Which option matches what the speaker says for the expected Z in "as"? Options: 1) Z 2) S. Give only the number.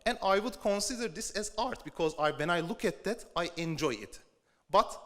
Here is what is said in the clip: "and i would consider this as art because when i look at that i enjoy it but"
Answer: 1